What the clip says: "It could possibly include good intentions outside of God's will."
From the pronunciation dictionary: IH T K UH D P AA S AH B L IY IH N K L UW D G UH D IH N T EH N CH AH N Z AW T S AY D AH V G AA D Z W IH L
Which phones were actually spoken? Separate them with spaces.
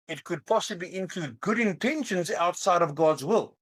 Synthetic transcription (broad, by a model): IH T K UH D P AA S AH B L IY IH N K L UW D G UH D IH N T EH N SH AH N Z AW T S AY D AH V G AA D Z W IH L